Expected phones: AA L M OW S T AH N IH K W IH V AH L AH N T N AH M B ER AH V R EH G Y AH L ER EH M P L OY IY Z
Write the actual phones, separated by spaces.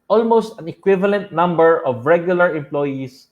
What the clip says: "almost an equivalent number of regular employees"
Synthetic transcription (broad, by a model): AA L M OW S T AH N IH K W IH V AH L AH N T N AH M B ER AH V R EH G Y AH L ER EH M P L OY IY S